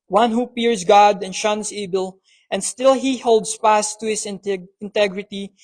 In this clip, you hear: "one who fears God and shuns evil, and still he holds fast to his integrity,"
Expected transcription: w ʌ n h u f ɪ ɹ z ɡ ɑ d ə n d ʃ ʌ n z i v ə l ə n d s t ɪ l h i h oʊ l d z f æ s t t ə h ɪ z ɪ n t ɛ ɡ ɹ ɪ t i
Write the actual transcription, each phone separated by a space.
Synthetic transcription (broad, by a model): w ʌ n h u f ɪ ɹ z ɡ ɑ d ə n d ʃ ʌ n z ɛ b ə l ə n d s t ɪ l h i h oʊ l d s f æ s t t ə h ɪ s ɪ n t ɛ ɡ ɹ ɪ t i